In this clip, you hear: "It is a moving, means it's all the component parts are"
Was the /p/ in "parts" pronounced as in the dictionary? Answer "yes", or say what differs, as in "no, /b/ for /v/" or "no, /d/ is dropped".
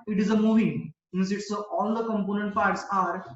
no, /f/ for /p/